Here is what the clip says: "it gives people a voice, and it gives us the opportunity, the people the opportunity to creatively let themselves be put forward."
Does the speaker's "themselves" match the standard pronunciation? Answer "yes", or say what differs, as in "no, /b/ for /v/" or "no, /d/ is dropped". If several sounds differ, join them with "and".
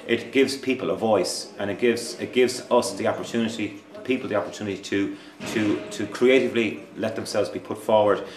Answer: yes